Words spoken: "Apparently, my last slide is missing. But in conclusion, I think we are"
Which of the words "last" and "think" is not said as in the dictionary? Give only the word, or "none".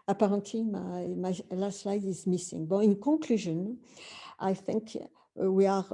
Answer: none